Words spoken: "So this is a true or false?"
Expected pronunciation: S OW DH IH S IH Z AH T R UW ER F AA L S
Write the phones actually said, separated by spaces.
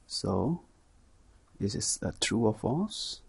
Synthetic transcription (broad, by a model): S OW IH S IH S AH T R UW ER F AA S